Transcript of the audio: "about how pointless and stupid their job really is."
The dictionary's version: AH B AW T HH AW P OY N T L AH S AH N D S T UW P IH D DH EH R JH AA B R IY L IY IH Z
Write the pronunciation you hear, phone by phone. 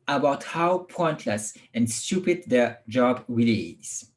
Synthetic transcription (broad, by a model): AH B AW T HH AW P OY N T L AH S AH N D S T UW P IH D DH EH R JH AA B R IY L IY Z